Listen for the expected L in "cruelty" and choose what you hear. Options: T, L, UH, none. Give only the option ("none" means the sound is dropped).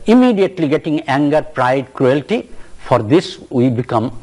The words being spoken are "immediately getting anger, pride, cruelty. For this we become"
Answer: L